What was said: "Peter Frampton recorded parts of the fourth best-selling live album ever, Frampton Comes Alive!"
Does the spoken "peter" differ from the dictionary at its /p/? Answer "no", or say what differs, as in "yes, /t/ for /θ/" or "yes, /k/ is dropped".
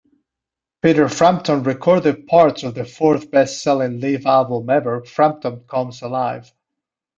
no